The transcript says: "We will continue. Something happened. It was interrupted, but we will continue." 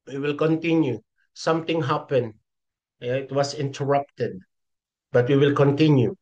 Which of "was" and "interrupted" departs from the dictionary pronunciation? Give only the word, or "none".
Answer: was